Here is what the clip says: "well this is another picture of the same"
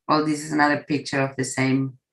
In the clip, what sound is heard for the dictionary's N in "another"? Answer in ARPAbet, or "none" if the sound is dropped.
N